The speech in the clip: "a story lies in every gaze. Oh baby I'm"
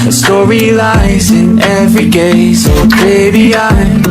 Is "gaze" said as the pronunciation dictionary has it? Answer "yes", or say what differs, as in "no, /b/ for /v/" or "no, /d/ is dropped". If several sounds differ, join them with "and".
no, /s/ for /z/